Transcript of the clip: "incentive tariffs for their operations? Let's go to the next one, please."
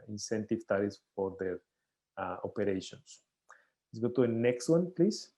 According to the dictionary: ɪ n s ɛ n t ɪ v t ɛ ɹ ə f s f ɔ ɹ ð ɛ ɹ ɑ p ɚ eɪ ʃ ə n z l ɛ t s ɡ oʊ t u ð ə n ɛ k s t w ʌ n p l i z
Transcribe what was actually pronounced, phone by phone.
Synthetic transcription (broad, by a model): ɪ n s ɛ n t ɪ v t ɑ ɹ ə s f ɔ ɹ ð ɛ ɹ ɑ p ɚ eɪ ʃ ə n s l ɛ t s ɡ oʊ t u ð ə n ɛ k s t w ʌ n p l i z